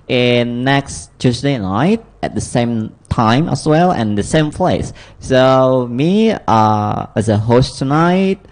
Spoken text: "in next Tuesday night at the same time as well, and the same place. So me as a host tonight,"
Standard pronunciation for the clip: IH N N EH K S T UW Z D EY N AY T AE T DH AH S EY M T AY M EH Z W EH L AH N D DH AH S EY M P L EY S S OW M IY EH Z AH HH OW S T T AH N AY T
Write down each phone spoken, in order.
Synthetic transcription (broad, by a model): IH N N EH K S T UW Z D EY N AY T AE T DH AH S EY M T AY M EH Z W EH L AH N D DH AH S EY M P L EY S S OW M IY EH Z AH HH OW S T T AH N AY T